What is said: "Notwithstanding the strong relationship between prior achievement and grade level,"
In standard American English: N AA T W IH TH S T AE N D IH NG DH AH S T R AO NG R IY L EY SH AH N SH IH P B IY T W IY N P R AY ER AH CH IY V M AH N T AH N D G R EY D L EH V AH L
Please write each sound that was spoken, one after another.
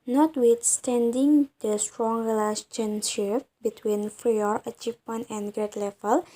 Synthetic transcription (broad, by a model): N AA T W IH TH S T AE N D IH NG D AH S T R AO NG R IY L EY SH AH N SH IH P B IY T W IY N F R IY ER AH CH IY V M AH N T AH N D G R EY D L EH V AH L